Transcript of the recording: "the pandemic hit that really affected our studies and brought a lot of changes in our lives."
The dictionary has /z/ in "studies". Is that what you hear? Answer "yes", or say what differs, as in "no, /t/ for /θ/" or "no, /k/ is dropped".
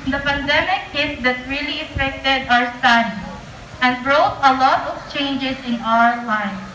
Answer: no, /z/ is dropped